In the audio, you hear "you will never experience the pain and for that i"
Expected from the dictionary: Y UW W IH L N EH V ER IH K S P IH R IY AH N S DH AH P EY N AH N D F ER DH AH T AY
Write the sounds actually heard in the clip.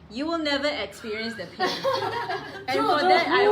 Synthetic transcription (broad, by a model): Y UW W IH L N EH V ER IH K S P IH R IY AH N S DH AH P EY AH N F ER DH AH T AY